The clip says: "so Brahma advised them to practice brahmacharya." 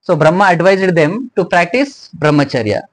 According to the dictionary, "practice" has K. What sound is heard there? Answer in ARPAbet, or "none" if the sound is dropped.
K